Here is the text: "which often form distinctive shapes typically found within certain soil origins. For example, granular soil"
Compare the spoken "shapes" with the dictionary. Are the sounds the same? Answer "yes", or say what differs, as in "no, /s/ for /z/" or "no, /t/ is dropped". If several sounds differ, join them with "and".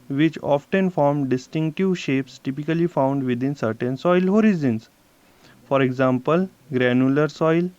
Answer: yes